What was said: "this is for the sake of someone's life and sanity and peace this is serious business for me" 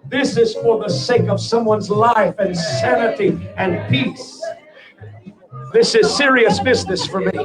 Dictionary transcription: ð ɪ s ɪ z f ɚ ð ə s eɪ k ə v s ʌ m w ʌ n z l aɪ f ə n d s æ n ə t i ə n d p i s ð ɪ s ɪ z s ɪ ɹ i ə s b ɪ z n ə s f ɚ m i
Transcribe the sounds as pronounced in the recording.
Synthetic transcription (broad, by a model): ð ɪ s ɪ z f ɚ ð ə s eɪ k ə v s ʌ m w ʌ n z l aɪ f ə n s æ n ə t i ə n p i s ð ɪ s ɪ z s ɪ ɹ i ə s b ɪ z n ə s f ɚ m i